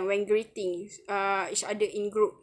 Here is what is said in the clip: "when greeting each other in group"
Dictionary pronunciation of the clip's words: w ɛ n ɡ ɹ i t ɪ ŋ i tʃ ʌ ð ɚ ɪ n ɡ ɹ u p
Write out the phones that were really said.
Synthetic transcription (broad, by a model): w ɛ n ɡ ɹ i t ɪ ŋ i s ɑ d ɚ ɪ n ɡ ɹ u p